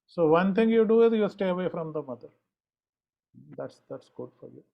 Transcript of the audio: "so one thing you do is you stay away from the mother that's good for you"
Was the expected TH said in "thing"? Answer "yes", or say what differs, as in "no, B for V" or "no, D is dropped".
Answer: no, T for TH